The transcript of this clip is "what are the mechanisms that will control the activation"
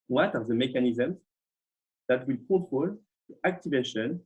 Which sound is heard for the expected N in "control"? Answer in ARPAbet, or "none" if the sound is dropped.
none